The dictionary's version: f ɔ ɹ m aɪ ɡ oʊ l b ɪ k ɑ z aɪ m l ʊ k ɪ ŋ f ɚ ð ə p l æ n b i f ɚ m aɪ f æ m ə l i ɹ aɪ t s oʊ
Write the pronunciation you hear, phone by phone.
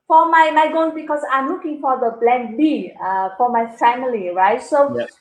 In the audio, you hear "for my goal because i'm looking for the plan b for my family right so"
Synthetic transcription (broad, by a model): f ɔ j m aɪ ɡ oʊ n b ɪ k ɑ s aɪ m l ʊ k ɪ ŋ f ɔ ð ə b l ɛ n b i f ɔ m aɪ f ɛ m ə l i ɹ aɪ t s oʊ